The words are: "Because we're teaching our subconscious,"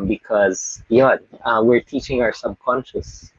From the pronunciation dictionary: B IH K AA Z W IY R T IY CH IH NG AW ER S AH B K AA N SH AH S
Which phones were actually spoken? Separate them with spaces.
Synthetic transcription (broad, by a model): B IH K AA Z W IY R T IY CH IH NG AW ER S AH B K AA N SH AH S